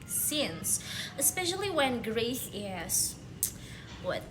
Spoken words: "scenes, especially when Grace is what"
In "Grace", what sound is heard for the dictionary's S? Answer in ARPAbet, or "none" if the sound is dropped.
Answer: TH